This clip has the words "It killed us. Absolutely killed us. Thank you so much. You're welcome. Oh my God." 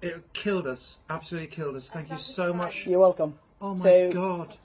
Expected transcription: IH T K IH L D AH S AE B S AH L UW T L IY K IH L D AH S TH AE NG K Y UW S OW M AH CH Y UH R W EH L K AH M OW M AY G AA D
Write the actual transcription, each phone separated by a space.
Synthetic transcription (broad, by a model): IH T K IH L D AH S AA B S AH L UW T L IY K IH L D AH S TH AE NG K Y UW S OW M AH CH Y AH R W EH L K AH M OW M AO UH AA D